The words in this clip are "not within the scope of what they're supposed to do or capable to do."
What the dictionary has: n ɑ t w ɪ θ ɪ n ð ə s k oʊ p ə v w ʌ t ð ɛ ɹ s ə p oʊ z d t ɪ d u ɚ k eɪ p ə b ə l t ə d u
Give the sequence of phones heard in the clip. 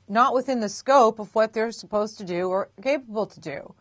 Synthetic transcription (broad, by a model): n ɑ t w ɪ θ ɪ n ð ə s k oʊ p ə v w ʌ t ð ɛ ɹ s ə p oʊ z t ɪ d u ɚ k eɪ p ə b l t ə d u